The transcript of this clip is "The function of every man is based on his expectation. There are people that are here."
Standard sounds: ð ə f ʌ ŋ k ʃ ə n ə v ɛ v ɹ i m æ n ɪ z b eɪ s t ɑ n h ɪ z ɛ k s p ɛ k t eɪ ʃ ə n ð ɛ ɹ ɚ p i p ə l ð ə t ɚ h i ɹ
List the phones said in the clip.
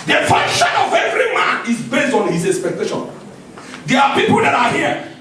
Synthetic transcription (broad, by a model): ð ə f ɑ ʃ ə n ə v ɛ v ɹ i m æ n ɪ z b eɪ s t ɑ n h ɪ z ɛ k s p ɛ k t eɪ ʃ ə n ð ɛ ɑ p i p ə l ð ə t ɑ h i